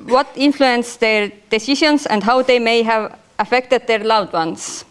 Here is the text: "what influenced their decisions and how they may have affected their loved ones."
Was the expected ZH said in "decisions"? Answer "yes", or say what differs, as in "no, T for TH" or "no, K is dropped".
no, SH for ZH